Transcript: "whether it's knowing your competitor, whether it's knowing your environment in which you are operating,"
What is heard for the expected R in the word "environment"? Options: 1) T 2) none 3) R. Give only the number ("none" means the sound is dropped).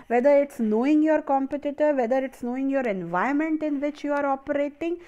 2